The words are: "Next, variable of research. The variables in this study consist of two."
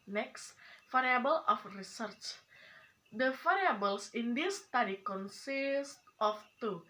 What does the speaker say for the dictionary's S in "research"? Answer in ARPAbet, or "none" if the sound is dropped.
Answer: S